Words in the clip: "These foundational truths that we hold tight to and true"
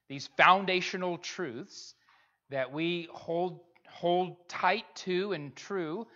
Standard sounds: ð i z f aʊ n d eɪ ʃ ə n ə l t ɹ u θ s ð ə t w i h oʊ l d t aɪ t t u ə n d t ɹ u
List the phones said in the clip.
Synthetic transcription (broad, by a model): ð i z f aʊ n d eɪ ʃ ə n l t ɹ u θ s ð ə t w i h oʊ l d t aɪ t t u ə n t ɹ u